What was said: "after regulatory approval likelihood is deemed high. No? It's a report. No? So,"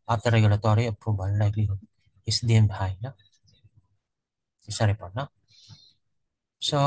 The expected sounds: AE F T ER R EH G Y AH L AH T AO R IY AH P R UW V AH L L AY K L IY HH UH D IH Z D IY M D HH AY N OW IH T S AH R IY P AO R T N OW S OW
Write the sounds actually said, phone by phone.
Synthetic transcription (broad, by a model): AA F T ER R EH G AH L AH T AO R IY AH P R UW B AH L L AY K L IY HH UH IH S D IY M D HH AY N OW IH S AH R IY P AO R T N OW S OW